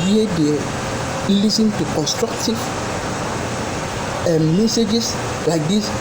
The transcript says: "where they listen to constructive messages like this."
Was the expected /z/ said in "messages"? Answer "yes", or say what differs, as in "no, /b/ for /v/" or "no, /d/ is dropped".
no, /s/ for /z/